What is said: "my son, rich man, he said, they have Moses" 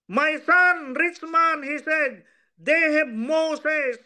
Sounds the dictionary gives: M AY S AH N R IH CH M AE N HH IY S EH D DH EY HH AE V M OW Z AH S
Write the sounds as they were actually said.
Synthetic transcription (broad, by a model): M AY S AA N R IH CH M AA N HH IY S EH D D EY HH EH B M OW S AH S